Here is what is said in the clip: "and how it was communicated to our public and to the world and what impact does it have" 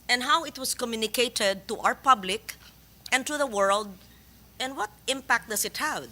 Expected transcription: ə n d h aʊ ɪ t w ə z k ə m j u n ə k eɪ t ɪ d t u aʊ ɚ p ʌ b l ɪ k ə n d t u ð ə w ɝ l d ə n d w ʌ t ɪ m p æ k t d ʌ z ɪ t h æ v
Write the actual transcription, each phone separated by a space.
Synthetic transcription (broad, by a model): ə n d h aʊ ɪ t w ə s k ə m j u n ə k eɪ t ɪ d t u aʊ ɚ p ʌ b l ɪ k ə n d t u ð ə w ɝ l d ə n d w ʌ t ɪ m p æ k t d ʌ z ɪ t h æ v